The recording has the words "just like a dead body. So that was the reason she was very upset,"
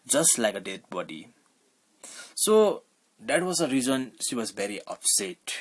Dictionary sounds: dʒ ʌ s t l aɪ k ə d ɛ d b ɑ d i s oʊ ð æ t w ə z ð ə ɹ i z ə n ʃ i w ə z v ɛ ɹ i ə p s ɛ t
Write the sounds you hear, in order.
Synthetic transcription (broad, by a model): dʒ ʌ s t l aɪ k ə d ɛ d b ɑ d i s oʊ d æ t w ə z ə ɹ i z ə n ʃ i w ə z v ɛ ɹ i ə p s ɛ t